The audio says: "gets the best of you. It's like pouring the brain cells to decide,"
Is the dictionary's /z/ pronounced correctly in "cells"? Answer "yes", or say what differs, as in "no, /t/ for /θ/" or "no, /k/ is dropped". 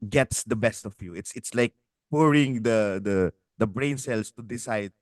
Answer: no, /s/ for /z/